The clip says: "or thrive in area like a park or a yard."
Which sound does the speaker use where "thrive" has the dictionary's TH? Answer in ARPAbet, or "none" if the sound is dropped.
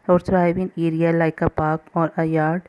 S